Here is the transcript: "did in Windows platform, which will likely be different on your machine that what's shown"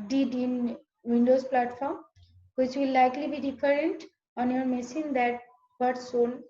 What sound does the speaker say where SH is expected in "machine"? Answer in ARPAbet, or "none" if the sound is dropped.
S